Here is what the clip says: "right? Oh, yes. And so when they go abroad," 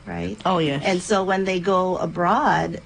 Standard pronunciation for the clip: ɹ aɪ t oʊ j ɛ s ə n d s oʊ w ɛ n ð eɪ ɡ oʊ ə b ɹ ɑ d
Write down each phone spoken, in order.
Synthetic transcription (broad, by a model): ɹ aɪ t oʊ j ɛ ə n s oʊ w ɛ n ð eɪ ɡ oʊ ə b ɹ ɑ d